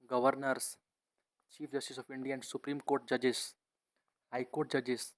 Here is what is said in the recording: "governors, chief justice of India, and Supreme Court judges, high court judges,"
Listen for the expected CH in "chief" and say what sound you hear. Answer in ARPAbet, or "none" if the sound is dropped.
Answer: CH